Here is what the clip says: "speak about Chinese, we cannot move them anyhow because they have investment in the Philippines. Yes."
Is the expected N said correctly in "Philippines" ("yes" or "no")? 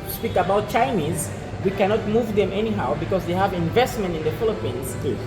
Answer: yes